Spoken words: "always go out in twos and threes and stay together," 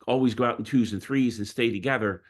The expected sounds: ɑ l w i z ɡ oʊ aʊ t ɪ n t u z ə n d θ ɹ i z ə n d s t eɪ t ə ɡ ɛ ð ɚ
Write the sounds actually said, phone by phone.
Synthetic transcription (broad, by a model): ɑ l w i z ɡ oʊ aʊ t n t u z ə n θ ɹ i z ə n s t eɪ t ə ɡ ɛ ð ɚ